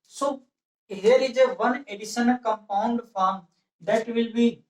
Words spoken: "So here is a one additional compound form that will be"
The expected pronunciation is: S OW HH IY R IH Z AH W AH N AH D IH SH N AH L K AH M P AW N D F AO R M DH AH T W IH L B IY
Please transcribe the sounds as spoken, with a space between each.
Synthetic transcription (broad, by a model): S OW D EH R IH Z AH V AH N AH D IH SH AH N K AH M P AW N D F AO R M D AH T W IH L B IY